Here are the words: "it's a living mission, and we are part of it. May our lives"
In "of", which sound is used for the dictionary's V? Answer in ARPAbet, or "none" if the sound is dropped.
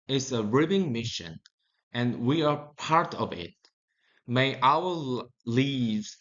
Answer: V